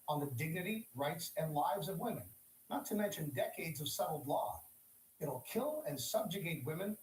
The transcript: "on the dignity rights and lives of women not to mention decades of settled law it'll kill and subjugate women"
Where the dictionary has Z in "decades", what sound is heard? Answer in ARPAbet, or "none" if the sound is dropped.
Z